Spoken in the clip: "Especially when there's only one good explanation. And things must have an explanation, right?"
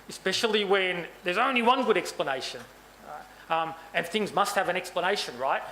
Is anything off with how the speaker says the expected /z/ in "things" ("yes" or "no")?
no